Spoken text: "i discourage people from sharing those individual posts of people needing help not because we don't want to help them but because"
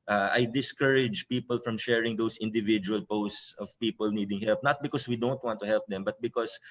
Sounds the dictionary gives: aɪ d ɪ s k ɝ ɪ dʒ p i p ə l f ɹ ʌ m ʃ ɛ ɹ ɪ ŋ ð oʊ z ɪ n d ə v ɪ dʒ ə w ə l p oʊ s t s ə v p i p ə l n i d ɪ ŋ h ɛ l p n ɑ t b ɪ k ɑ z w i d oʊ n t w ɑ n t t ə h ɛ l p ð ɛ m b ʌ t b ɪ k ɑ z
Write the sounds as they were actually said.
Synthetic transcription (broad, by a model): aɪ d ɪ s k ɝ ɪ dʒ p i p ə l f ɹ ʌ m ʃ ɛ ɹ ɪ ŋ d oʊ s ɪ n d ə v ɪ dʒ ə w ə l p oʊ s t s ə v p i p ə l n i d ɪ ŋ h ɛ l p n ɑ t b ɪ k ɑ s w i d oʊ n t w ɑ n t t ə h ɛ l p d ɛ m b ʌ t b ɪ k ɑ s